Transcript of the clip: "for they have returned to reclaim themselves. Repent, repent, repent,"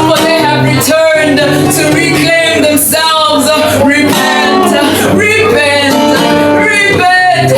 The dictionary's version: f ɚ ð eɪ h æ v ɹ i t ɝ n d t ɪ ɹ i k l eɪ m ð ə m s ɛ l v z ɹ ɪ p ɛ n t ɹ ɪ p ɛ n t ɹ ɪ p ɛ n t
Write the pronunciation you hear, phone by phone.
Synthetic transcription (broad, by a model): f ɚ ð eɪ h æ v ɹ i t ɝ n d t ɪ ɹ i k l eɪ m ð ə m s ɛ l v z ɹ ɪ p ɛ n t ɹ ɪ p ɛ n t ɹ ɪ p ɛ n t